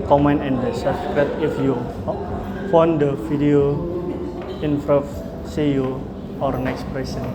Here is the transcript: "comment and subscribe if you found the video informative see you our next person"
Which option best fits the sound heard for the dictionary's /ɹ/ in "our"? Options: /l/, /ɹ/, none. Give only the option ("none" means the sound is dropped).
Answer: /ɹ/